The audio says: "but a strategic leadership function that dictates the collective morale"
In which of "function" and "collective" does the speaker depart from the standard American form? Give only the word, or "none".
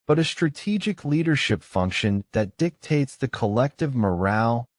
none